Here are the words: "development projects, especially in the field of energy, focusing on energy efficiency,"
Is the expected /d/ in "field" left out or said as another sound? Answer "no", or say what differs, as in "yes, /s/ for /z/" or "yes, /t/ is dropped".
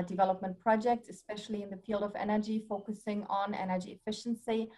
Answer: no